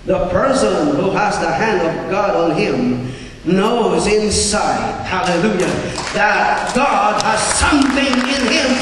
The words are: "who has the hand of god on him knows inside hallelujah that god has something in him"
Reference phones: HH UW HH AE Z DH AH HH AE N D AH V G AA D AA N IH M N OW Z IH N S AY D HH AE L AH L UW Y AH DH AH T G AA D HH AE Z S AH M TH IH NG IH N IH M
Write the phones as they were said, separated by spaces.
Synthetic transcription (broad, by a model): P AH HH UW Z DH AH HH AE N D AH V G AA D N IH M N OW Z IH N S AY D HH AE L AH L UW Y AH DH AH T G AA D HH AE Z S AH M TH IH NG IH N IH M